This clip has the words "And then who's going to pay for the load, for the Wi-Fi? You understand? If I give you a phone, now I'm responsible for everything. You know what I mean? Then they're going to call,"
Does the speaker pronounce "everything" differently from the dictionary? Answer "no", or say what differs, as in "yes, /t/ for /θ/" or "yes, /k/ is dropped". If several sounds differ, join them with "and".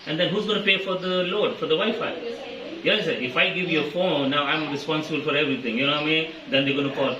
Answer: yes, /t/ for /θ/